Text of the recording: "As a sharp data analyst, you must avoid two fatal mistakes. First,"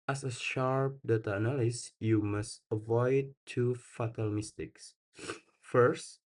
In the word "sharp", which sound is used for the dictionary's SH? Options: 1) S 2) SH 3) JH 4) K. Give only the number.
2